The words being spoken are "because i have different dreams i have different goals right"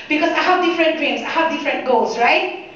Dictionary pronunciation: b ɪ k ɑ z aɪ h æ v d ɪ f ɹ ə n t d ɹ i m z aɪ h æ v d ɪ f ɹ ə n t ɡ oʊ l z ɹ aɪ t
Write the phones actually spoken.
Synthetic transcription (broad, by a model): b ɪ k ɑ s aɪ h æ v d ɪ f ɹ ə n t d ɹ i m s aɪ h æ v d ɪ f ɹ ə n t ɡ oʊ l s ɹ aɪ t